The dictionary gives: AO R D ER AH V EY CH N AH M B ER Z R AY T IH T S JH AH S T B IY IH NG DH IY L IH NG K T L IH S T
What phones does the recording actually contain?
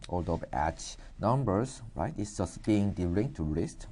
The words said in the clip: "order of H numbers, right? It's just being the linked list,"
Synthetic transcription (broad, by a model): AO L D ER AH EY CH N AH M B ER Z R AY T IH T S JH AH S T B IY IH NG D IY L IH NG T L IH S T